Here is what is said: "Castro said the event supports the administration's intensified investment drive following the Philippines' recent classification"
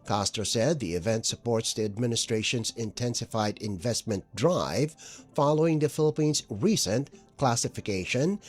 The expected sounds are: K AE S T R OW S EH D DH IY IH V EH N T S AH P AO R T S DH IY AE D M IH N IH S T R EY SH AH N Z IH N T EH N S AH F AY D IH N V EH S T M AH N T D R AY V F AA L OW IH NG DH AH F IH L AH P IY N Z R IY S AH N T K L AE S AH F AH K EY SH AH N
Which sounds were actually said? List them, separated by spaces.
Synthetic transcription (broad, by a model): K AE S T R S EH D DH IY IH V EH N T S AH P AO R T S DH IY AE D M IH N IH S T R EY SH AH N Z IH N T EH N S AH F AY D IH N V EH S T M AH N D R AY V F AA L OW IH NG DH AH F IH L AH P IY N Z R IY S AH N K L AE S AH F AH K EY SH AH N